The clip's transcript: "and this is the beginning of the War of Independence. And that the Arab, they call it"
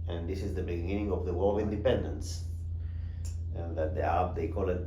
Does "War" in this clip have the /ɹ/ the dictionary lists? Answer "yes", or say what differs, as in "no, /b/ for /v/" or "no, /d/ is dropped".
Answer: no, /l/ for /ɹ/